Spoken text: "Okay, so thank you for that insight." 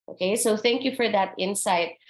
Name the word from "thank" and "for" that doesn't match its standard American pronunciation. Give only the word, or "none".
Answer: none